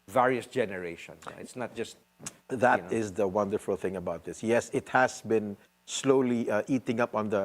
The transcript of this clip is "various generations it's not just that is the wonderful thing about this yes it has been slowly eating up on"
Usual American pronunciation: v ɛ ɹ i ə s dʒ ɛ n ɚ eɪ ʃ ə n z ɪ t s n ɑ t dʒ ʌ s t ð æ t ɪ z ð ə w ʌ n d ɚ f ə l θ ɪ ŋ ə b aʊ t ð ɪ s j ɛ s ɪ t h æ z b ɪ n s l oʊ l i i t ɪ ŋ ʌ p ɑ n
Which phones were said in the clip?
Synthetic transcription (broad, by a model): v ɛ ɹ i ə s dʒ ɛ n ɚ eɪ ʃ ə n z ɪ t s n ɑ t dʒ ʌ s t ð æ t ɪ z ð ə w ʌ n d ɚ f ə l θ ɪ ŋ ə b aʊ t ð ɪ s j ɛ s ɪ t h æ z b ɪ n s l oʊ l i i t ɪ ŋ ʌ p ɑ n